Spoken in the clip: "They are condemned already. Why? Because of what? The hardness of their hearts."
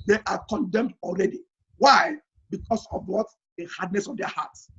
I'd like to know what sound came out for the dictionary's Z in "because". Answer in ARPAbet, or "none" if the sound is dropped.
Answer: S